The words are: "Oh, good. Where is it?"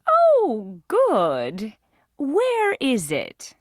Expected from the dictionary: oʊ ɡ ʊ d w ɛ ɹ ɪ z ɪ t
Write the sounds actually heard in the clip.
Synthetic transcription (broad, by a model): oʊ ɡ ʊ d w ɛ ɹ ɪ z ɪ t